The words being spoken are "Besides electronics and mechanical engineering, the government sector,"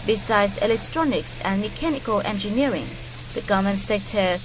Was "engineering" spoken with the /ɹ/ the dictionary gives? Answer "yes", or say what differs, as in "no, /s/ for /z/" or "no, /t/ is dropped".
yes